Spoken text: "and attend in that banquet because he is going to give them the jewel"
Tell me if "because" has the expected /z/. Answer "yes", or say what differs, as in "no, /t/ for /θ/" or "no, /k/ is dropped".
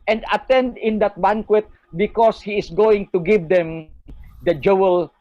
no, /s/ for /z/